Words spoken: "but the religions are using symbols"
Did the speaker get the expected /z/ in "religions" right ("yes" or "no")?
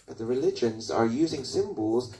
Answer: yes